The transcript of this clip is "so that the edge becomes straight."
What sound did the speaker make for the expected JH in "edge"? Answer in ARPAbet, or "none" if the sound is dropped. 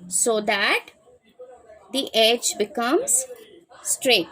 JH